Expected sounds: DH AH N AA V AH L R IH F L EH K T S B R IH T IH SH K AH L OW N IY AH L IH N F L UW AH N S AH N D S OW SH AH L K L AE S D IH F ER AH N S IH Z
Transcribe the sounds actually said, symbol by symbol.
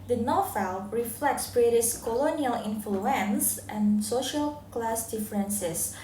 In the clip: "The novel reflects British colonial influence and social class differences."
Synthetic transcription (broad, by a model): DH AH N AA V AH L R IH F L EH K T S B R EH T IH S K AH L OW N IY AH L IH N F L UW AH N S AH N S OW SH AH L K L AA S D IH F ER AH N S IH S